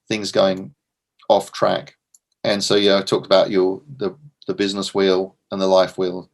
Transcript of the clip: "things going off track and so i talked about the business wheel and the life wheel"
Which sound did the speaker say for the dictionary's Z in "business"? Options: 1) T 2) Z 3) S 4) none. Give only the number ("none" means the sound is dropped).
2